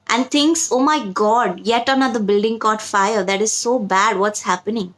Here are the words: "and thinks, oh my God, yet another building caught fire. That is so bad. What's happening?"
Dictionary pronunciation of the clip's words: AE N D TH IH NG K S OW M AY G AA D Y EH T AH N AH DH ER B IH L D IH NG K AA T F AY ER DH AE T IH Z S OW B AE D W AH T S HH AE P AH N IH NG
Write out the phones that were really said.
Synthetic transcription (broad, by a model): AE N D T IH NG K S OW M AY G AA D Y EH T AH N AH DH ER B IH L D IH NG K AA T F AY ER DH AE T IH Z S OW B AE D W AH T S HH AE P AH N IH NG